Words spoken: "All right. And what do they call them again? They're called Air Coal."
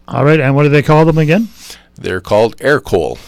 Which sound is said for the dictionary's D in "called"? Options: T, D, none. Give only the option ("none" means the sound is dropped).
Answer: D